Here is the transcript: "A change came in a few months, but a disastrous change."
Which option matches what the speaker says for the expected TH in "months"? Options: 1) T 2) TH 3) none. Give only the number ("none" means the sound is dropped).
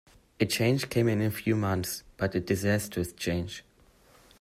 2